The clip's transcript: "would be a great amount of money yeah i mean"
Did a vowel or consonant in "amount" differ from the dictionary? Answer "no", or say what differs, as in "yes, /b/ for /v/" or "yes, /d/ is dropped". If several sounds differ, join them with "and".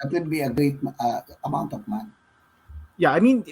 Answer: no